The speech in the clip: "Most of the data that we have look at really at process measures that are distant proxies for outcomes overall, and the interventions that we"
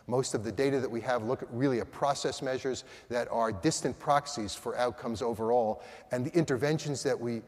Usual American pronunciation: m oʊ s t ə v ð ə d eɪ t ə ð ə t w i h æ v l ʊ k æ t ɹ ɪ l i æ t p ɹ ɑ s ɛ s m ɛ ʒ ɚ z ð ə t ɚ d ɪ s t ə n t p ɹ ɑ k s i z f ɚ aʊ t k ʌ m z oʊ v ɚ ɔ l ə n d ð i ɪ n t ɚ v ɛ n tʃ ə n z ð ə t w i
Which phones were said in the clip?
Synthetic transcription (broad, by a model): m oʊ s t ə v ð ə d eɪ t ə ð ə t w i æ v l ʊ k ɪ t ɹ ɪ l i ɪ t p ɹ ɑ s ɛ s m ɛ ʒ ɚ z ð ə t ɚ d ɪ s t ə n p ɹ ɑ k s i z f ɚ aʊ t k ʌ m z oʊ v ɚ ɔ l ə n ð i ɪ n t ɚ v ɛ n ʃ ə n z ð ə t w i